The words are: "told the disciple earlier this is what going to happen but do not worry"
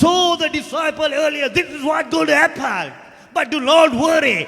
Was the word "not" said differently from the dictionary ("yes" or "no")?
yes